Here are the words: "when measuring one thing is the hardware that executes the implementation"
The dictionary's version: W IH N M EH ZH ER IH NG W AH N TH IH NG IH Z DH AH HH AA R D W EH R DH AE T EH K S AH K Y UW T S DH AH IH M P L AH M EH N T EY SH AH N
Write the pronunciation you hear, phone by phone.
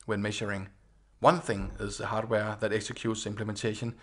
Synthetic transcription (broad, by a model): W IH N M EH SH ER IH NG W AH N TH IH NG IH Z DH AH HH AA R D W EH DH AE T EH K S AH K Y UW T S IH M P L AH M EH N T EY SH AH N